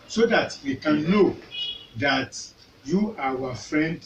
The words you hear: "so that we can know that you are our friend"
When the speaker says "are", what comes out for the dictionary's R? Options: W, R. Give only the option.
W